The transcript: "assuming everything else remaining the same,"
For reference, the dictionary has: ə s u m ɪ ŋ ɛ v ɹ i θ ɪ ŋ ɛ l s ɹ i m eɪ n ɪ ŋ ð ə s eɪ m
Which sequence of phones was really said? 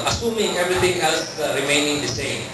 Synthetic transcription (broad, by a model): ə s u m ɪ ŋ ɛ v ɹ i t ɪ ŋ ɛ l s ɹ i m eɪ n ɪ ŋ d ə s eɪ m